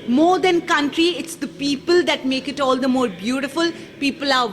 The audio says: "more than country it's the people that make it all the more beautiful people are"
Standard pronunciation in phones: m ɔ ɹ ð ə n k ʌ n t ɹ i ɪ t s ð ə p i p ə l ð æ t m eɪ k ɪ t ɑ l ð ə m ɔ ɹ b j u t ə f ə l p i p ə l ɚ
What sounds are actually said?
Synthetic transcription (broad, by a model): m ɔ ɹ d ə n k ʌ n t ɹ i ɪ t s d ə p i p ə l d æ t m eɪ k ɪ t ɑ l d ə m ɔ ɹ b j u t ə f ə l p i p ə l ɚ